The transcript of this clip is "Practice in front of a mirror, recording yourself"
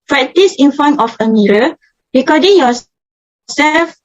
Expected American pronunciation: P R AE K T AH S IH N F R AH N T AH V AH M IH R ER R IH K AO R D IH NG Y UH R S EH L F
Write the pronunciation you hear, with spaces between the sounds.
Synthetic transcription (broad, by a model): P R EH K T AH S IH N F AO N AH F AH M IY R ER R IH K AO D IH NG Y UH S S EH L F